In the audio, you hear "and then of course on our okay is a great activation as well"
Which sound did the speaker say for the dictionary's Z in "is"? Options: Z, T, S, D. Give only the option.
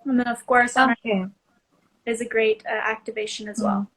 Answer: Z